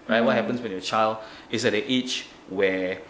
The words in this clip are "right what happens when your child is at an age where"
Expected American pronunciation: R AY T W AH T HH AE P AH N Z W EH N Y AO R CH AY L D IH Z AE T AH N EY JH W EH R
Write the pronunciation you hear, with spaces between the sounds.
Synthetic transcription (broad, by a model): R AY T W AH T HH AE P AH N S W EH N Y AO CH AY L D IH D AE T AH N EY CH W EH